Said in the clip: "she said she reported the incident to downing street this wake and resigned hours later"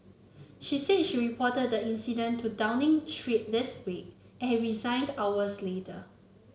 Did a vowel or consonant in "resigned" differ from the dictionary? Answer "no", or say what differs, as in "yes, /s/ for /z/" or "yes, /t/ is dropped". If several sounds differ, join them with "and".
no